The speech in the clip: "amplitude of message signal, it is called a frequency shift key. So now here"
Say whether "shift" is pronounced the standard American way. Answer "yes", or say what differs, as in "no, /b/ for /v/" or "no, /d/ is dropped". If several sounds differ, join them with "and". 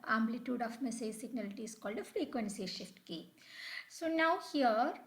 yes